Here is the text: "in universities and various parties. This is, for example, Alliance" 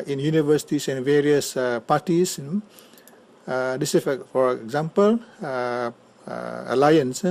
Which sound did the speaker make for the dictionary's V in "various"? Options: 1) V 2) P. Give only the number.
1